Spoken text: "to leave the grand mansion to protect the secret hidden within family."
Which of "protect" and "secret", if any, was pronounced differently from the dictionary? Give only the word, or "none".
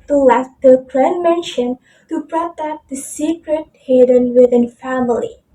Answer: protect